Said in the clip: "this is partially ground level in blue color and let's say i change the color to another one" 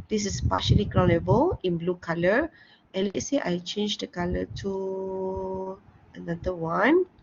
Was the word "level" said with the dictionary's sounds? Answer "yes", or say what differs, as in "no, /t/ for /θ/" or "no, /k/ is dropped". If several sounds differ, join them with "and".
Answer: no, /b/ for /v/